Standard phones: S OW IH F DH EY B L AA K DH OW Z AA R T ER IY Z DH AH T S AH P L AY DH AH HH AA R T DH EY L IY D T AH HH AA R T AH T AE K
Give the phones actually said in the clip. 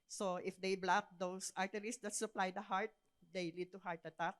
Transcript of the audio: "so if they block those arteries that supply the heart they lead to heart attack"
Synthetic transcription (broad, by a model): S OW IH F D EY B L AA K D OW S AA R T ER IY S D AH T S AH P L AY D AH HH AA R T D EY L IY D T AH HH AA R T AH T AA K